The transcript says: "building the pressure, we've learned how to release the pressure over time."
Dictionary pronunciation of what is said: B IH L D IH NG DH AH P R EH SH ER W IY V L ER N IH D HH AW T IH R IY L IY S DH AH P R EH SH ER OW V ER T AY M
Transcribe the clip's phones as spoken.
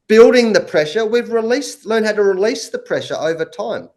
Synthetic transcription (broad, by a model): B IH L D IH NG DH AH P R EH SH ER W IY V L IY L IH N HH AW T IH R IY L IY S DH AH P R EH SH ER OW V ER T AY M